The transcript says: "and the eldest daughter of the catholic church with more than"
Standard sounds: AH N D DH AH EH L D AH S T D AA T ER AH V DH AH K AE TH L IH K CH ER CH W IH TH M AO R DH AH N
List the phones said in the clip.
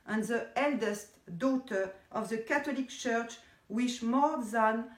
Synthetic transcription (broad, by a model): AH N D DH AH EH L D AH S T D AA T ER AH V DH AH K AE T L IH K CH ER CH W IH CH M AO R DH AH N